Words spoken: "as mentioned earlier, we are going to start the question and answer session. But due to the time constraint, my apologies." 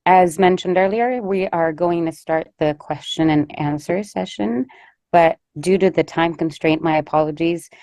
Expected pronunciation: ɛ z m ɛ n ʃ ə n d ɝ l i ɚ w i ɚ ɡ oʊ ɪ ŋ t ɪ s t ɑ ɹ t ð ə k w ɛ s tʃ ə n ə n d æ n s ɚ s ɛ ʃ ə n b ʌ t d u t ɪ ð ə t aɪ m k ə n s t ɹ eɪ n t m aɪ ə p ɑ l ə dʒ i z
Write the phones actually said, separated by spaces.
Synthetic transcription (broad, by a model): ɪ z m ɛ n ʃ ə n d ɝ l i ɚ w i ɚ ɡ oʊ ɪ ŋ t ɪ s t ɑ ɹ t ð ə k w ɛ s tʃ ə n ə n æ n s ɚ s ɛ ʃ ə n b ʌ t d u t ɪ ð ə t aɪ m k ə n s t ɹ eɪ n m aɪ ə p ɑ l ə dʒ i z